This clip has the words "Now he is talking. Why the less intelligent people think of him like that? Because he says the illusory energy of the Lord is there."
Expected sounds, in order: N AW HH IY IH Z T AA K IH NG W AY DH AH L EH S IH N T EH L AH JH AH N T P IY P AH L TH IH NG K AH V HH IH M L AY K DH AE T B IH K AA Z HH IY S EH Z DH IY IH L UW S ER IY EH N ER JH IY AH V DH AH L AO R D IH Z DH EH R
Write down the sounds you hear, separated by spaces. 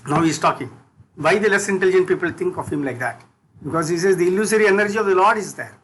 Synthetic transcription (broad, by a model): N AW HH IY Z T AA K IH NG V AY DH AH L EH S IH N T EH L AH JH AH N T P IY P AH L T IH NG K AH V HH IH M L AY K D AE T B IH K AA Z HH IY S EH Z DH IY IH L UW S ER IY EH N ER JH IY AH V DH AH L AO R D IH Z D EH R